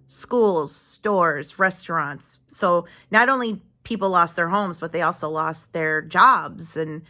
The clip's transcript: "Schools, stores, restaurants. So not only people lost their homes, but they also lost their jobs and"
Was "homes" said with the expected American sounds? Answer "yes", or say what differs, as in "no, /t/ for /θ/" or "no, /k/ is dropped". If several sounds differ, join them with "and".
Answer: yes